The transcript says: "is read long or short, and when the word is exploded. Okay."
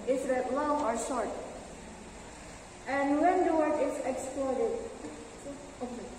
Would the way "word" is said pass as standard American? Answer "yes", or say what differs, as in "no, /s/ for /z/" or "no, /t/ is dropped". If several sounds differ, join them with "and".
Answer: no, /d/ is dropped